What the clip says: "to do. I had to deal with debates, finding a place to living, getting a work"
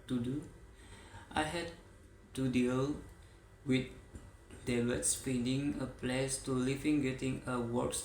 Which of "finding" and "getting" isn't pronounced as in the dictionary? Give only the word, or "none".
finding